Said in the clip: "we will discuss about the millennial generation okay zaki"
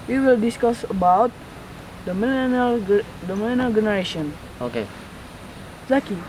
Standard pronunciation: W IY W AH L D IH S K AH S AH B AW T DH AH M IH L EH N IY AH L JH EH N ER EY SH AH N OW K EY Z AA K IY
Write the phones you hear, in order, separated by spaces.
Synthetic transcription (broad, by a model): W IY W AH L D IH S K AH S AH B AW T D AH M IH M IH L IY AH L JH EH N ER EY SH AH N OW K EY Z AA K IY